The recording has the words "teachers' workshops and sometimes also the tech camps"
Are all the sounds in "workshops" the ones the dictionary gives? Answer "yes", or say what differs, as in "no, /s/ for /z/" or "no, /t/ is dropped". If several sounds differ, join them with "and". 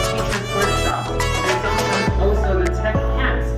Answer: no, /s/ is dropped